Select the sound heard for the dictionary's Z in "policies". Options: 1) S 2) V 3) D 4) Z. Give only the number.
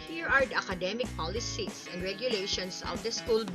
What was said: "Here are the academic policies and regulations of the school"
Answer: 1